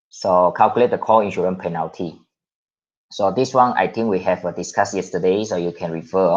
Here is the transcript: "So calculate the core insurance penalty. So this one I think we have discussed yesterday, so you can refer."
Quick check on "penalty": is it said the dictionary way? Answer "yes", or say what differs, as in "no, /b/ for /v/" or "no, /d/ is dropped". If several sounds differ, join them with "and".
yes